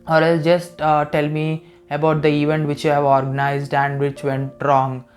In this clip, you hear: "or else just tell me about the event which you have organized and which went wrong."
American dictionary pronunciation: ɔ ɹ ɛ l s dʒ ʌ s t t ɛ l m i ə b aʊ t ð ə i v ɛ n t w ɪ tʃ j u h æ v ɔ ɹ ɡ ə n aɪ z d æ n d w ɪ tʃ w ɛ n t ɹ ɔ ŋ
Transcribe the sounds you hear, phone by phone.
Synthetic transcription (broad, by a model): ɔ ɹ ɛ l dʒ ʌ s t t ɛ l m i ə b aʊ t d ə i v ɛ n t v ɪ tʃ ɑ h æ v ɔ ɹ ɡ ə n aɪ z d æ n d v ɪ tʃ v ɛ n t ɹ ɔ ŋ